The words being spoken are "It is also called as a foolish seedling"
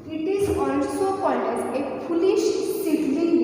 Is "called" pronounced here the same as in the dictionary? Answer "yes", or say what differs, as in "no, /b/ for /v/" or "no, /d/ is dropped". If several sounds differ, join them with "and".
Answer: no, /l/ is dropped